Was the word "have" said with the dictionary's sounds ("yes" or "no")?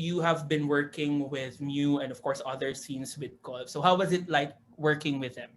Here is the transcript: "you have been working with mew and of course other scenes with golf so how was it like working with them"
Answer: yes